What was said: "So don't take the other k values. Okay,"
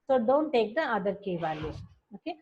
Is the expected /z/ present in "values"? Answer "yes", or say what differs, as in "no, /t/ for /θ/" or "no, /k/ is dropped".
no, /z/ is dropped